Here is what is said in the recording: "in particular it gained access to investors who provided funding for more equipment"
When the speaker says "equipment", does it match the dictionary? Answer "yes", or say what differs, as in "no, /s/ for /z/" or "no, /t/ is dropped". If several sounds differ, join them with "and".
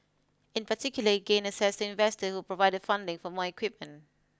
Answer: yes